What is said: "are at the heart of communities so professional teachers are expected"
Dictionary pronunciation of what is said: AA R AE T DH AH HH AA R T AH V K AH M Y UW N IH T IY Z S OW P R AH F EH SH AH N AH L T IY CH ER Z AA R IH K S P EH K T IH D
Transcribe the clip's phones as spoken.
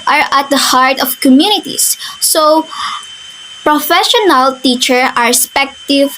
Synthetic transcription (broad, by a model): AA R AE T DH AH HH AA R T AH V K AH M Y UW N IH T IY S S OW P R AH F EH SH AH N AH L T IY CH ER AA R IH S P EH K T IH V